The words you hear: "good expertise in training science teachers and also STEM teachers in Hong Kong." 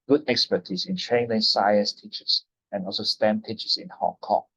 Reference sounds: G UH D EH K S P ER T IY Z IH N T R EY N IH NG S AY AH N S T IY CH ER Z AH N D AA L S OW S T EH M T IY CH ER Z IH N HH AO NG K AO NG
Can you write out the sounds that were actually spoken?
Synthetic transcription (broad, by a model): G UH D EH K S P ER T IY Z IH N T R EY L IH S AY AH N S T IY CH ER S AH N AA L S OW S T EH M T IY CH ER S IH N HH AO NG K AO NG